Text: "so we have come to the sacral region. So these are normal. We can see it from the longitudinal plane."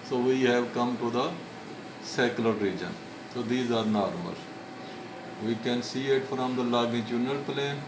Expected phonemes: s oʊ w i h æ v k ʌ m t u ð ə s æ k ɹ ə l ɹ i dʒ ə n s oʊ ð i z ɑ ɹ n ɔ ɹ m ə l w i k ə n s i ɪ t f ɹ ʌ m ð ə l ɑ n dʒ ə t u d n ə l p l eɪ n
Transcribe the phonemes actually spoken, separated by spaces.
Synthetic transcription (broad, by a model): s oʊ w i h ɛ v k ʌ m t u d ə s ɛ k l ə ɹ i dʒ ə n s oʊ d i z ɑ ɹ n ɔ ɹ m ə l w i k ə n s i ɪ t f ɹ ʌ m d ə l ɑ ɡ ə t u n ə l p l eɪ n